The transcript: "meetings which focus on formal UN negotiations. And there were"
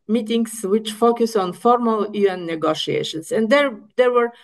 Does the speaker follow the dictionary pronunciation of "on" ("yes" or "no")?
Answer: yes